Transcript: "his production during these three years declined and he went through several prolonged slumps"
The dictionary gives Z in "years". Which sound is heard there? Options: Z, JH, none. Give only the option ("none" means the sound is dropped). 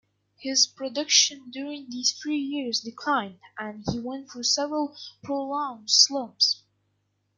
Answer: Z